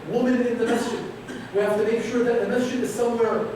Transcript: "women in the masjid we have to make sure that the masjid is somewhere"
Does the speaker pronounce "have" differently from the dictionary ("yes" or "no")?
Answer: yes